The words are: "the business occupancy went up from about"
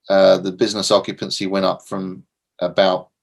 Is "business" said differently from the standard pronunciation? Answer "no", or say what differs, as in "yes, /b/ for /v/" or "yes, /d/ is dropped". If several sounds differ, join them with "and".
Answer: no